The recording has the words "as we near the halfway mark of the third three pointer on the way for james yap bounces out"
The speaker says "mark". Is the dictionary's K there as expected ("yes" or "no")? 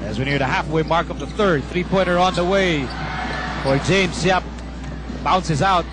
yes